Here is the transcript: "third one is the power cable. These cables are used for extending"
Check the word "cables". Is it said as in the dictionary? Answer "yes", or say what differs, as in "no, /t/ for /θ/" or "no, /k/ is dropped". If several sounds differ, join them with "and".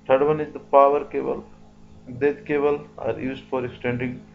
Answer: no, /z/ is dropped